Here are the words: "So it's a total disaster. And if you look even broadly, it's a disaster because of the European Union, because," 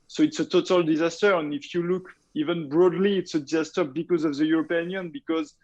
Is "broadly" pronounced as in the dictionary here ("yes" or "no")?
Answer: yes